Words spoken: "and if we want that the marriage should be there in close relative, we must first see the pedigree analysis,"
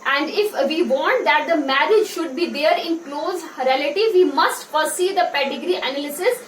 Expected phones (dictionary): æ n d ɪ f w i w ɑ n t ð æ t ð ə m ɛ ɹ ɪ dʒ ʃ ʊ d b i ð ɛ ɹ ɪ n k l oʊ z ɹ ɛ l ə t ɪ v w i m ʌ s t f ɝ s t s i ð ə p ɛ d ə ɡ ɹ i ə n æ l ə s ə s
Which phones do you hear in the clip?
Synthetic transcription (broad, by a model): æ n d ɪ f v i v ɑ n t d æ t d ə m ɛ ɹ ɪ dʒ ʃ ʊ d b i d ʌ ɹ ɪ n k l oʊ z ɹ ɛ l ə t ɪ v i m ʌ s t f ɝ t s i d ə p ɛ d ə ɡ ɹ i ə n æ l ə s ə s